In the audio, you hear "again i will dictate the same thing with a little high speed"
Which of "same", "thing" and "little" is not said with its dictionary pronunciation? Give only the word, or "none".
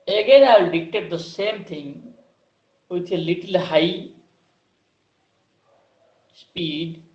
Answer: thing